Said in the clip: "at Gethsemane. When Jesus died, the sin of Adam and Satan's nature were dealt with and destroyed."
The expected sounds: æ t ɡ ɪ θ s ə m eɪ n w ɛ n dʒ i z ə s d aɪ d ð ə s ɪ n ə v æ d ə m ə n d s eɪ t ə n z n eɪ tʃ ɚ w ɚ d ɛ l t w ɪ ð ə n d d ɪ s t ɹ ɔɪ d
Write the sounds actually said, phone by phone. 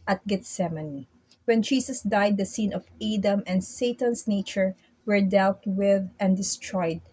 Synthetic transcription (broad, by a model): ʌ t ɡ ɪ t s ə m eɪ n w ɛ n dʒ i s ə s d aɪ d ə s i n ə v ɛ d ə m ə n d s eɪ t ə n s n eɪ tʃ ɚ w ɚ d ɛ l t w ɪ ð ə n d d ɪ s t ɹ ɔɪ d